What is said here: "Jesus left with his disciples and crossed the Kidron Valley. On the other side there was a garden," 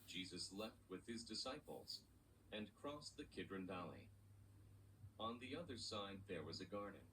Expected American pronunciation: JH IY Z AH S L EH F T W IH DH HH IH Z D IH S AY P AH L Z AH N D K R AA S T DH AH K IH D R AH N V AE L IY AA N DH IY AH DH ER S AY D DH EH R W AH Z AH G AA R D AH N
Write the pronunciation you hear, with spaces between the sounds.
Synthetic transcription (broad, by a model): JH IY Z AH S L EH F T W IH DH IH Z D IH S AY P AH L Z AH N K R AA S DH AH K IH D R AH N V AE L IY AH N DH IY AH DH ER S AY D DH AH R W AH Z AH G AA R D N